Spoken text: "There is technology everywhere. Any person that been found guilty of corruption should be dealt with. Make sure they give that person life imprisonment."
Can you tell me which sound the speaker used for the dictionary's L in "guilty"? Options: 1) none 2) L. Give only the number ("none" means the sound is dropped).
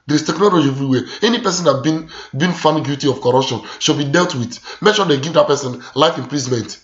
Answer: 1